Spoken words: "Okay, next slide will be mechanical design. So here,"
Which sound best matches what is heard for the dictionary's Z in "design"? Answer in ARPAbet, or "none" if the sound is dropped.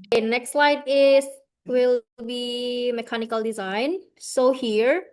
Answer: Z